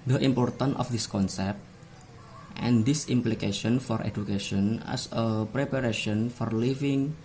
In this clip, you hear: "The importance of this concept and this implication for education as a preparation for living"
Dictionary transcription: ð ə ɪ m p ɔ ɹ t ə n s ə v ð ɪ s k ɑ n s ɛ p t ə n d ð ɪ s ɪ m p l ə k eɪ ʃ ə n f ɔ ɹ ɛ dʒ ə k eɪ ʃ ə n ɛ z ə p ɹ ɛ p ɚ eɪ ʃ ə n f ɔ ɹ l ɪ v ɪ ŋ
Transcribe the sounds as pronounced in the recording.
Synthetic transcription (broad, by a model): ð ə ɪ m p ɔ ɹ t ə n ə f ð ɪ s k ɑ n s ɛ p t ə n d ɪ s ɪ m p l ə k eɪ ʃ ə n f ɔ ɹ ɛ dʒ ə k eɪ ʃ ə n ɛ s ə p ɹ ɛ p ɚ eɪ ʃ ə n f ɔ ɹ l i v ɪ ŋ